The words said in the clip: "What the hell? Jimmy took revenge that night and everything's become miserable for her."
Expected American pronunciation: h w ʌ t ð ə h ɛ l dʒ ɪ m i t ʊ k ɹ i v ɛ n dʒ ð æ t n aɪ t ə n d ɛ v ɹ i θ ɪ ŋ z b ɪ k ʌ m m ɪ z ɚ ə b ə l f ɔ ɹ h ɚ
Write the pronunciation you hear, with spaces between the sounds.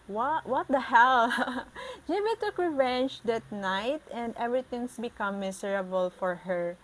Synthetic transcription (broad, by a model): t w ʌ t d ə h ɛ l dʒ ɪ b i t ʊ k ɹ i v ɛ n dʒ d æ t n aɪ t ə n d ɛ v ɹ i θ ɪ ŋ s b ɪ k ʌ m m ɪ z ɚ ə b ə l f ɔ ɹ h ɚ